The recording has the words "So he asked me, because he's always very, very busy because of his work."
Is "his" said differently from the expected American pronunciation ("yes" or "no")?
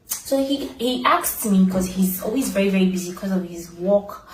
no